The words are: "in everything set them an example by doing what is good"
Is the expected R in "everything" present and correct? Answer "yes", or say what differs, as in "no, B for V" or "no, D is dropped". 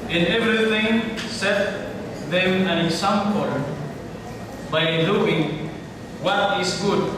yes